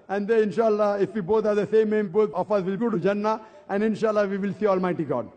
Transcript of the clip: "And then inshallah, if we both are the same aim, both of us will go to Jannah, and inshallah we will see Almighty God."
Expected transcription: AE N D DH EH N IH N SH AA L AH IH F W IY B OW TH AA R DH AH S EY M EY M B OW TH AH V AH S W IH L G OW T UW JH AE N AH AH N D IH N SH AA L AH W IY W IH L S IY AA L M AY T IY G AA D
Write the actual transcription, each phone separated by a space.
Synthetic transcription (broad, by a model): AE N D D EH IH N SH AA L AH IH F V IY B OW T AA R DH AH S EY M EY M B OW T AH F AH S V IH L G OW T UW JH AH N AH AH N D IH N SH AA L AH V IY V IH L S IY AA L M AY T IY G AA D